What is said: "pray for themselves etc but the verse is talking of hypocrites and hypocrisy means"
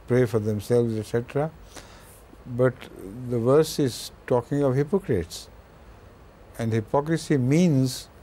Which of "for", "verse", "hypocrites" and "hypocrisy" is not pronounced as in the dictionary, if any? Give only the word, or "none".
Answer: none